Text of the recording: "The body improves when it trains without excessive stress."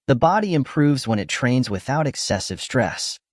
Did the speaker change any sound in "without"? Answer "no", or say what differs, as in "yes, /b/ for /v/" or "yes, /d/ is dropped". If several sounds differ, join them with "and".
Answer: no